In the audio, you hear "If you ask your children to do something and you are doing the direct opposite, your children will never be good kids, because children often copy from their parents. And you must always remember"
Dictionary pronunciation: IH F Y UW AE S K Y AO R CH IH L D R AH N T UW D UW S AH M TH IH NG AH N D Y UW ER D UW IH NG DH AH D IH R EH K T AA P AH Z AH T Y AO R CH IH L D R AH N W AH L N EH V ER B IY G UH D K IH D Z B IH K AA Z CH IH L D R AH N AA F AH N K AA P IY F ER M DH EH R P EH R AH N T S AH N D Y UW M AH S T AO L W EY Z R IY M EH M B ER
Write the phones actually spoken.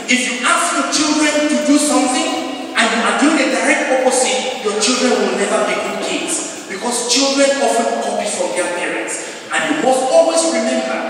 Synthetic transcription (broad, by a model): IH F Y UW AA S K Y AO CH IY L D R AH N T UW D UW S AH M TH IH NG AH N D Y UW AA D UW IH NG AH D IH R EH K T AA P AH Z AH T Y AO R CH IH L D R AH N W AH L N EH V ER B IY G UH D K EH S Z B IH K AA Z CH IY L D R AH N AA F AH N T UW B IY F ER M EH P EH R AH N T S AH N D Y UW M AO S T AO L W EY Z R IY M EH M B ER